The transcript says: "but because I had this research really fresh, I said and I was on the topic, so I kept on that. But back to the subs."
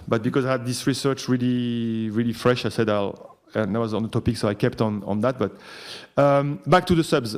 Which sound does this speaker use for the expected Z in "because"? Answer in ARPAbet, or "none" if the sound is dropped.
Z